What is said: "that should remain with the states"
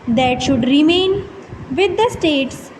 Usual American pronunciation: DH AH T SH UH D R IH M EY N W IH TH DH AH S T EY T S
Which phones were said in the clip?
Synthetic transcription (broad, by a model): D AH T SH UH D R IH M EY N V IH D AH S T EY T S